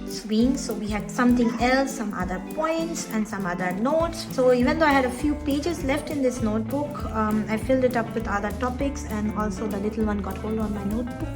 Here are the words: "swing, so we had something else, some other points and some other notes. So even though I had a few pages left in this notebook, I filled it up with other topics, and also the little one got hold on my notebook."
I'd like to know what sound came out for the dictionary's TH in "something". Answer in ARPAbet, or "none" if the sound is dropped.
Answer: T